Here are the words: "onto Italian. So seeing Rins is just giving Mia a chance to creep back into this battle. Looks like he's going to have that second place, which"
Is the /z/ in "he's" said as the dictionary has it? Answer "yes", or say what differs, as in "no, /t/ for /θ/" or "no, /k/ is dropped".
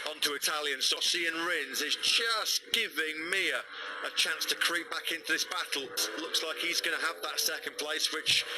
yes